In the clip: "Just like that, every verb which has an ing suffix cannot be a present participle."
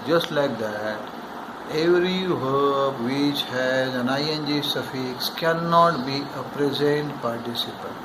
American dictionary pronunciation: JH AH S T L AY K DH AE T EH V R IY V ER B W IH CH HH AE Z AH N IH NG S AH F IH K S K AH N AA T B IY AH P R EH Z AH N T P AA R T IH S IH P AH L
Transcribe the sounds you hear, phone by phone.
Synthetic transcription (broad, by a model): JH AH S T L AY K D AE T EH V R IY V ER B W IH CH HH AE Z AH N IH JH S AH F IH K S K AH N AA T B IY AH P R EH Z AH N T P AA R T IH S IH P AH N